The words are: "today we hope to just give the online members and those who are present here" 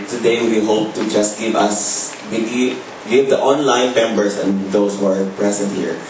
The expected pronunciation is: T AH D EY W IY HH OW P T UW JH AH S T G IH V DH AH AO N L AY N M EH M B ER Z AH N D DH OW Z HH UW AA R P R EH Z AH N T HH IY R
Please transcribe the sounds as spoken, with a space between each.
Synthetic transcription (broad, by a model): T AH D EY W IY HH OW P T UW JH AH S T G IH V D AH AO N L AY N M EH M B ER S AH N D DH OW S HH UW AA R P R EH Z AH N T HH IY R